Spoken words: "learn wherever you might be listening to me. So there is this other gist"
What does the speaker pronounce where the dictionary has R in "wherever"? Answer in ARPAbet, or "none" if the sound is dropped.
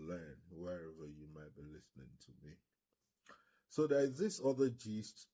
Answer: R